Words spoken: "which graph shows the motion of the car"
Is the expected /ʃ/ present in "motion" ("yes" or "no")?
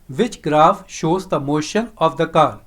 yes